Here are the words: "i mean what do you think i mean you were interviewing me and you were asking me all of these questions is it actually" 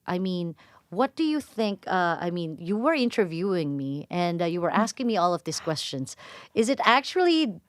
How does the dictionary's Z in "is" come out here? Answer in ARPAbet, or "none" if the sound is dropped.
Z